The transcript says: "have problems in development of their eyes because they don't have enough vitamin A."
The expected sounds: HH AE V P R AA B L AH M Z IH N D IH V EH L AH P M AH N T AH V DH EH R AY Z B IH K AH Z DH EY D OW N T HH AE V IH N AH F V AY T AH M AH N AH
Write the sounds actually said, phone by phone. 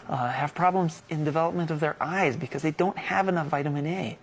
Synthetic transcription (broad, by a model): HH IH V P R AA B L AH M Z IH N D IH V EH L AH P M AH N T AH V DH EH R AY Z B IH K AH Z DH EY D OW N T HH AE V IH N AH F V AY T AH M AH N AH